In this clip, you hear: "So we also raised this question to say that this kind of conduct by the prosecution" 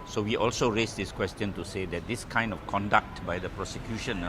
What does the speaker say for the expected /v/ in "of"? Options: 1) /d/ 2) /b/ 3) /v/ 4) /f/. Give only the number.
4